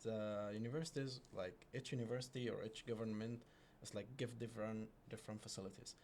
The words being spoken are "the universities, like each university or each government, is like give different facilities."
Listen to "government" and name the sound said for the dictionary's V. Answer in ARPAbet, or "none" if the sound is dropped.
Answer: V